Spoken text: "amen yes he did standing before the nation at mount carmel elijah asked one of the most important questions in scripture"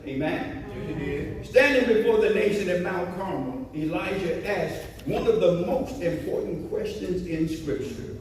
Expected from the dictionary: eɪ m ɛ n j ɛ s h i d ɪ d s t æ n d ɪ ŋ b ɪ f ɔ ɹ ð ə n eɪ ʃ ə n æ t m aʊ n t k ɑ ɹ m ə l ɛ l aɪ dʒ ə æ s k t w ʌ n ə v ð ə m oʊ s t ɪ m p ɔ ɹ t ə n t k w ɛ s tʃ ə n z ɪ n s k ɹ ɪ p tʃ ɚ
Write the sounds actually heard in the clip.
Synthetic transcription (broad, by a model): eɪ m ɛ n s s t æ n d ɪ ŋ b ɪ f ɔ ɹ ð ə n eɪ ʃ ə n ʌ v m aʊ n k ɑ ɹ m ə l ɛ l aɪ ʒ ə æ s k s w ʌ n ə v ð ə m oʊ s t ɪ m p ɔ ɹ t n k w ɛ s tʃ ə n z ɪ n s k ɹ ɪ p tʃ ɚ